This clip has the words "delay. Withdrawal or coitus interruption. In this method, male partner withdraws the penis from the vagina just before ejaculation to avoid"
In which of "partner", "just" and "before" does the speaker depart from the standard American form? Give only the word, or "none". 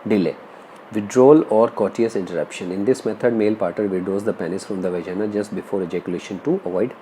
partner